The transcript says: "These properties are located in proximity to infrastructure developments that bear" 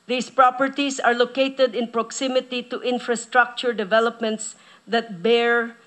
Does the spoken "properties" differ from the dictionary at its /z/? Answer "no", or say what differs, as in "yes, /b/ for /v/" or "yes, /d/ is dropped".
yes, /s/ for /z/